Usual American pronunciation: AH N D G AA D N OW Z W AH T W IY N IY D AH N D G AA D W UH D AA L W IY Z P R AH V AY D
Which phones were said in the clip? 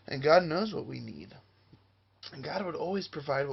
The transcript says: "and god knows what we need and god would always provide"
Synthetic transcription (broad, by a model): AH N G AA D N OW Z W AH T W IY N IY D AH N G AA D W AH D AA L W IY Z P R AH V AY D